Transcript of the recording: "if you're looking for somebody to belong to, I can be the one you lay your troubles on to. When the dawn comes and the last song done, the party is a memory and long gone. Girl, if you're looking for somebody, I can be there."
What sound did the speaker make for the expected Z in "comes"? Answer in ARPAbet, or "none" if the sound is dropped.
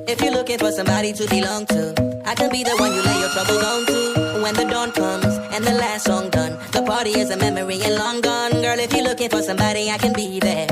Z